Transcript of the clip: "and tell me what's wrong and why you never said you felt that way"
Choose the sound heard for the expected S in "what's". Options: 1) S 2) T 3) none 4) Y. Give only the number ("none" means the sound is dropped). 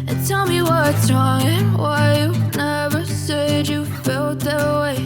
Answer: 3